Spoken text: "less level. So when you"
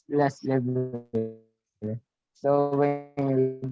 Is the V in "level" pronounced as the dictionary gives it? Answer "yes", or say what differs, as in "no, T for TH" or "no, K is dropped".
no, B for V